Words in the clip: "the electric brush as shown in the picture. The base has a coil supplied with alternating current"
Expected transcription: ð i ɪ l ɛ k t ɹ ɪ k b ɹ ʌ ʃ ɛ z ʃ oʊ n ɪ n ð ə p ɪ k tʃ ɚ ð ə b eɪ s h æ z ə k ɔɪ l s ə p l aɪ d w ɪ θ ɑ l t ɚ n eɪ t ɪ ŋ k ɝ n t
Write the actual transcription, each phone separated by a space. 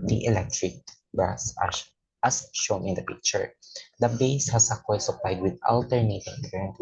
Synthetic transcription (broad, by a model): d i ɪ l ɛ k t ɹ ɪ k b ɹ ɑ s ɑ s ʃ oʊ n ɪ n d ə p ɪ k tʃ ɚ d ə b eɪ s h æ s ə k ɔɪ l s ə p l aɪ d w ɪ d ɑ l t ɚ n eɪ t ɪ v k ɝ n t